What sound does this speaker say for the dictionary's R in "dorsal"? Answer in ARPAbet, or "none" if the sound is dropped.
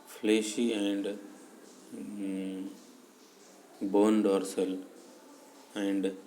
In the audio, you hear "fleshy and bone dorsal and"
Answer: R